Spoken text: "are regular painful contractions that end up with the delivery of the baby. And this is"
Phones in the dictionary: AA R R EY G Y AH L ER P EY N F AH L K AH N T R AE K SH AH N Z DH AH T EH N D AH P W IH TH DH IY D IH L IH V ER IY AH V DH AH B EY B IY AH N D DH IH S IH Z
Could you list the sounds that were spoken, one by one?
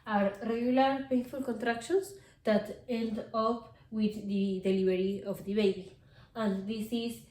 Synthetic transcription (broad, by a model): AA R R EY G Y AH L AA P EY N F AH L K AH N T R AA K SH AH N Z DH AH T EH N D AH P W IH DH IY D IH L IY B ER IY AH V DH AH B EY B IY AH N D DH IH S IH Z